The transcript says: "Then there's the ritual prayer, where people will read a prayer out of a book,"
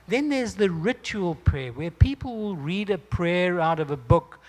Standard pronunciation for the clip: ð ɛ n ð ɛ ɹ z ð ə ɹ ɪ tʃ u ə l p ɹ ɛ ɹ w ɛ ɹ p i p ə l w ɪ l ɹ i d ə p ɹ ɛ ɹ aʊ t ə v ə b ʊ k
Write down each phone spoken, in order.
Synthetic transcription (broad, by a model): ð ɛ n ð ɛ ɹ z ð ə ɹ ɪ tʃ u ə l p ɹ ɛ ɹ w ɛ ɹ p i p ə l w ɪ l ɹ i d ə p ɹ ɛ ɹ aʊ t ə v ə b ʊ k